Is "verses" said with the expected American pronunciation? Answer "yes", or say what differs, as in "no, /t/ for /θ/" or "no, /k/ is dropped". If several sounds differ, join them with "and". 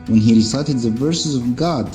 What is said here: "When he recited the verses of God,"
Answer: yes